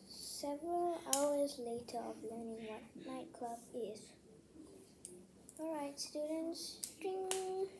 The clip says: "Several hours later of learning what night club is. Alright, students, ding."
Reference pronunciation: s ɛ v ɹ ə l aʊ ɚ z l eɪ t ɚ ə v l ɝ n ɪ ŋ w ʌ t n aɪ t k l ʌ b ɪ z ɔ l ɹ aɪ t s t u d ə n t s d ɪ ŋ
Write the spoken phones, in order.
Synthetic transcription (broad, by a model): s ɛ v ɹ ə l aʊ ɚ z l eɪ t ɚ ə v l ɝ n ɪ ŋ w ʌ t n aɪ t k l ʌ b ɪ z ɔ l ɹ aɪ t s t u d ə n t s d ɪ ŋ